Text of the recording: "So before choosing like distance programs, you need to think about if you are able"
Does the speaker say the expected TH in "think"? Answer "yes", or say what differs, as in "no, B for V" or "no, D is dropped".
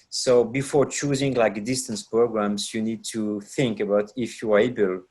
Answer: yes